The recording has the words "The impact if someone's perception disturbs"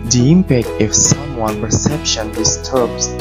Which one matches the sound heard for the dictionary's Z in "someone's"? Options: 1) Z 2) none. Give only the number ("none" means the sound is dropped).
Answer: 2